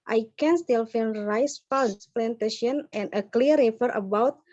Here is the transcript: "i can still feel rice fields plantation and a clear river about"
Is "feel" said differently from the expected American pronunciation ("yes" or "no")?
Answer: yes